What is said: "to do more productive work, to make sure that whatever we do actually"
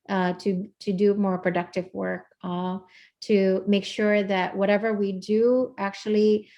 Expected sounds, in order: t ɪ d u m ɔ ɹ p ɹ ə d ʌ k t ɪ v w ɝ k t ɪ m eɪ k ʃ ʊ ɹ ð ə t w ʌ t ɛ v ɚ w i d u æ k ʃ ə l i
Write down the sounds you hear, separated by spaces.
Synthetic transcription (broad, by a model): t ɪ d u m ɔ ɹ p ɹ ə d ʌ k t ɪ v w ɝ k t ɪ m eɪ k ʃ ʊ ɹ ð ə t w ʌ t ɛ v ɚ w i d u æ k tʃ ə l i